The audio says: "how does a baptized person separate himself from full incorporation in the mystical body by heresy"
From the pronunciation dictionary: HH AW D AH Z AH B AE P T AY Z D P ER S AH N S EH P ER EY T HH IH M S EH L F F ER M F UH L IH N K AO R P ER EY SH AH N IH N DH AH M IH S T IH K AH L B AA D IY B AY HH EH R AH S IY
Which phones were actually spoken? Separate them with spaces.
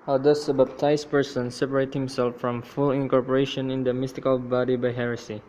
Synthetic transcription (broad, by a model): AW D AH S AH B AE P T AY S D P ER S AH N S EH P ER EY T HH IH M S EH L F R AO M F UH L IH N K AO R P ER EY SH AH N IH N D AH M IH S T IH K AH L B AA D IY B AY HH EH R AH S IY